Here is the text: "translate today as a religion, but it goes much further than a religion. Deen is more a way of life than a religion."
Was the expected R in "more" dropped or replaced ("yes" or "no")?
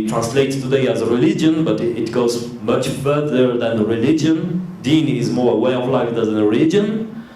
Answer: no